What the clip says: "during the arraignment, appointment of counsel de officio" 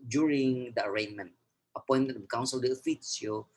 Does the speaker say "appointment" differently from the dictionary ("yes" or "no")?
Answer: yes